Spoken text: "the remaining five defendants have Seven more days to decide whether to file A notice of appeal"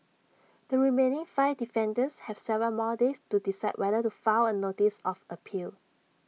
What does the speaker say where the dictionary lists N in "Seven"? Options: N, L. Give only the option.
L